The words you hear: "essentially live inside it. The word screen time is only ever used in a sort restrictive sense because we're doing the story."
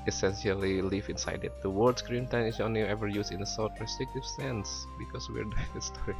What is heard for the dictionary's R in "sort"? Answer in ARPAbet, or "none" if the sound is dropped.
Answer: L